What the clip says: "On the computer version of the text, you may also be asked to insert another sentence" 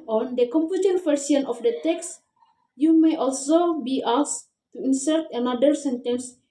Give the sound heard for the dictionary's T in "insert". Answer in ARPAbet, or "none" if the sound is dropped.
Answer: T